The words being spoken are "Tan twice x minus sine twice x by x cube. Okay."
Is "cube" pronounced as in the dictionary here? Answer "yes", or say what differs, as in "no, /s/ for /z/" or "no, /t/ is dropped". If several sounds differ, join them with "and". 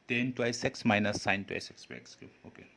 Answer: no, /b/ is dropped